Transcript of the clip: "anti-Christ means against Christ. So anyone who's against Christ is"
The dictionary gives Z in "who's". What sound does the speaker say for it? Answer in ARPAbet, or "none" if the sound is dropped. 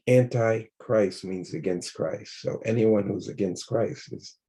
Z